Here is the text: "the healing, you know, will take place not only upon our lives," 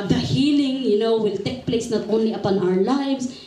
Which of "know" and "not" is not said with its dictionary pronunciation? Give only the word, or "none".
none